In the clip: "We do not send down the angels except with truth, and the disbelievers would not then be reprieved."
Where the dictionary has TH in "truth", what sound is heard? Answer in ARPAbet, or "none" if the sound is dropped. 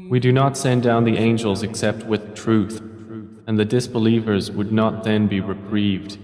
TH